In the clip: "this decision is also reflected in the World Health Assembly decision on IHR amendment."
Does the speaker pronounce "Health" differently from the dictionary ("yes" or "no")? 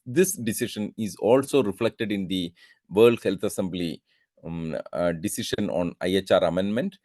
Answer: yes